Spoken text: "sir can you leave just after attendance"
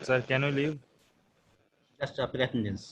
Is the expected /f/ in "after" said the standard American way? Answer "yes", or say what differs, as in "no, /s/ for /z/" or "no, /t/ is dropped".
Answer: no, /p/ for /f/